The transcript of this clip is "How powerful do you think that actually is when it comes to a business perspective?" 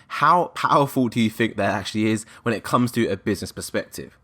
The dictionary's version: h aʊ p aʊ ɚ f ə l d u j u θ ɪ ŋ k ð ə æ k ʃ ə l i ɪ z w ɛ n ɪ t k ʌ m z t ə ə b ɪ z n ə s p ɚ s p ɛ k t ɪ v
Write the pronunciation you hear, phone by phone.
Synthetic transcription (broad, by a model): h aʊ p aʊ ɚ f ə l d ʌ j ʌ θ ɪ ŋ k ð ə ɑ k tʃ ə l i ɪ z w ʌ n ɪ t k ʌ m z t ə ə b ɪ z n ə s p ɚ s p ɛ k t ɪ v